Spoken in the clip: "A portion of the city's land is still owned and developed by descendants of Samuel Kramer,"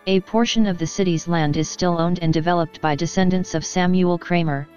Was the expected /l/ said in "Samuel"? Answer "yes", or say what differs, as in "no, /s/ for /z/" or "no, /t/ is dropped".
yes